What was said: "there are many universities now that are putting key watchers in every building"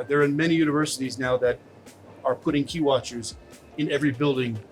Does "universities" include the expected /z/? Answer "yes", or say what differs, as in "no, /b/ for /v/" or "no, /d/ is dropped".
yes